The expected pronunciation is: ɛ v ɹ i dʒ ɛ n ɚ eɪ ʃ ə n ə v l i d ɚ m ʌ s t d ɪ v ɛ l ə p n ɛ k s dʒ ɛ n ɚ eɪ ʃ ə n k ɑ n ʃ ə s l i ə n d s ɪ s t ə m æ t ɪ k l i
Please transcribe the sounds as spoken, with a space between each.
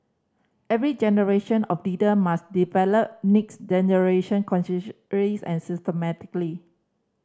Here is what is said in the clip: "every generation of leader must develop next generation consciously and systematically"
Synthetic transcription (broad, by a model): ɛ v ɹ i dʒ ɛ n ɚ eɪ ʃ ə n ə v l i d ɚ m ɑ s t d ɪ v ɛ l ə p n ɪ k s dʒ ɛ n ɚ eɪ ʃ ə n k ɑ n s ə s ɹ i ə n s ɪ s t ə m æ t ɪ k l i